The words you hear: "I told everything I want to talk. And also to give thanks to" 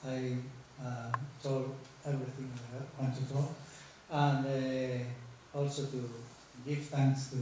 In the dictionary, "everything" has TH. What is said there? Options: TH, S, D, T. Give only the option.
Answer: T